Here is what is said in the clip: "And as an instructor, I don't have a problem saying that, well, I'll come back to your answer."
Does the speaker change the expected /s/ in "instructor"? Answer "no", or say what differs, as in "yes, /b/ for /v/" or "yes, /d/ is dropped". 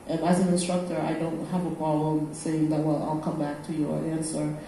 no